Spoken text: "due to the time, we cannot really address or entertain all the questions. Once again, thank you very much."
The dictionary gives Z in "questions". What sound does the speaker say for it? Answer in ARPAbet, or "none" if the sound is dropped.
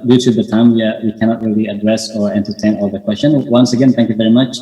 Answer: none